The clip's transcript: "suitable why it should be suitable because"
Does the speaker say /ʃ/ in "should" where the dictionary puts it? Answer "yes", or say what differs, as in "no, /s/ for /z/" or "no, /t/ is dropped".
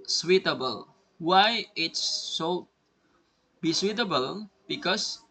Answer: no, /s/ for /ʃ/